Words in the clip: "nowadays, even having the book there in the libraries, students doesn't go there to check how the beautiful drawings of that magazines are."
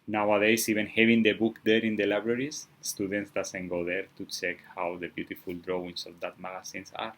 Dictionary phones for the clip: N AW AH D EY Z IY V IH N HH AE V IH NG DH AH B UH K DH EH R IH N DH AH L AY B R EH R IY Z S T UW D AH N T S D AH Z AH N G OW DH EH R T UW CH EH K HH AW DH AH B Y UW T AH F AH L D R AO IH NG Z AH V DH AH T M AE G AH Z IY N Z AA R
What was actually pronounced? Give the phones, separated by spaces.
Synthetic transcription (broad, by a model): N AW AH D EY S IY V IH N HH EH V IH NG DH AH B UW K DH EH R IH N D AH L AY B R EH R IY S S T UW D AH N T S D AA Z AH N G OW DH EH R T UW CH EH K HH AW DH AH B Y UW T AH F AH L D R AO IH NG S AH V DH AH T M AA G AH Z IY N S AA R